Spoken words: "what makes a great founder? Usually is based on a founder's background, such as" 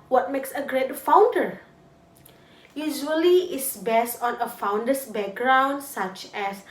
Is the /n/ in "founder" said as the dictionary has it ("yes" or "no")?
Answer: yes